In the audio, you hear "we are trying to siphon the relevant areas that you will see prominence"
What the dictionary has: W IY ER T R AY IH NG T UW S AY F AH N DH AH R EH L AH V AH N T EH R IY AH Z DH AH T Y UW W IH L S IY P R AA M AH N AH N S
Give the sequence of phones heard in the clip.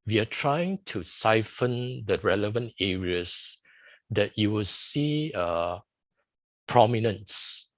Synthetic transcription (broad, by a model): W IY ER T R AY IH NG T UW S AY F AH N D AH R EH L AH V AH N T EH R IY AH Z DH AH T Y UW W IH L S IY P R AA M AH N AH N S